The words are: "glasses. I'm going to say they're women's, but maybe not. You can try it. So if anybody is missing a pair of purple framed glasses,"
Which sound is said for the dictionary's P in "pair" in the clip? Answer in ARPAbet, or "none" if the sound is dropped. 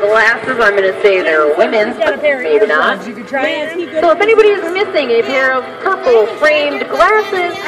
B